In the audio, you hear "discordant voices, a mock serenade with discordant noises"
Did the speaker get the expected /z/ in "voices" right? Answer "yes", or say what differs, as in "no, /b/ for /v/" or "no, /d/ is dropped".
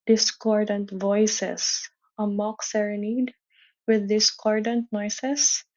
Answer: no, /s/ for /z/